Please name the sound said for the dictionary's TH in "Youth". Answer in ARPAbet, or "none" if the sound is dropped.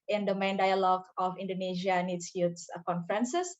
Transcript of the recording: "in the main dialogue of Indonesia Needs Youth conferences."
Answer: S